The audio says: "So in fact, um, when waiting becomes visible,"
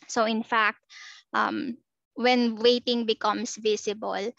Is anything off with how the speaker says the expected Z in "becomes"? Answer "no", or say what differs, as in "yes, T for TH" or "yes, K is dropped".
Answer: yes, S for Z